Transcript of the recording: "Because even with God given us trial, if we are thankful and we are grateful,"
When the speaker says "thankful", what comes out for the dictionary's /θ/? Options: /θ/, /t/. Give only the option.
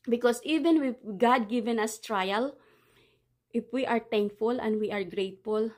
/t/